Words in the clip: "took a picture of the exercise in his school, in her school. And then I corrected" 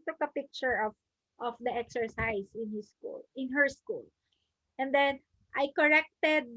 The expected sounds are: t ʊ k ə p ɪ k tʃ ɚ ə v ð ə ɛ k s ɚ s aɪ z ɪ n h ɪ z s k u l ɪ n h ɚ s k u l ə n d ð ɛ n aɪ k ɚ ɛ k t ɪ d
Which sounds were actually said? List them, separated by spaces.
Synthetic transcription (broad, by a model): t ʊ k ə p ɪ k tʃ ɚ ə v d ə ɛ k s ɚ s aɪ s ɪ n h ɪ s k u l ɪ n h ɚ s k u l ə n d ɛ n aɪ k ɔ ɛ k t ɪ d